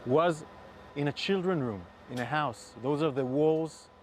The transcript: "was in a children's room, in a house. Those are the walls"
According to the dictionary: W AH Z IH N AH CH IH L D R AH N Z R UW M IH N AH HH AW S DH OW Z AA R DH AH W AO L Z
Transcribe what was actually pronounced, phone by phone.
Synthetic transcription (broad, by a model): W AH Z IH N AH CH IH L D R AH N R UW M IH N AH HH AW S DH OW Z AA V DH AH W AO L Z